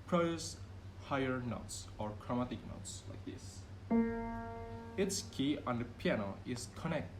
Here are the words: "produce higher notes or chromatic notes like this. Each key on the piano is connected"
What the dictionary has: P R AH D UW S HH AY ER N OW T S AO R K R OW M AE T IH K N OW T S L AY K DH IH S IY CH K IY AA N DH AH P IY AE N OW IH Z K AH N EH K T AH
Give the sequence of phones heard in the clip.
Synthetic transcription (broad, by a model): P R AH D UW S HH AY ER N OW T S AO R K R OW M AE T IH K N OW T S L AY K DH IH S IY S K IY AA N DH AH P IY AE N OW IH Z K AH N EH K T